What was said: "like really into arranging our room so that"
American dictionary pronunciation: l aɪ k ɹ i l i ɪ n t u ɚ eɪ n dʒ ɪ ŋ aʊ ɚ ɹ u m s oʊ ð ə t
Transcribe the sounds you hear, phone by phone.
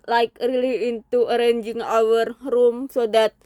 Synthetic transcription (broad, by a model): l aɪ k ɹ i l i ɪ n t u ɚ eɪ n dʒ ɪ ŋ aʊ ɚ ɹ u m s oʊ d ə t